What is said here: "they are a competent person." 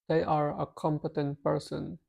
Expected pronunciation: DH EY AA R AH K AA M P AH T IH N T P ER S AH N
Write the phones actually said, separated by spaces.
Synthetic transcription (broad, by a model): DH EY AA R AH K AA M P AH T IH N T P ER S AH N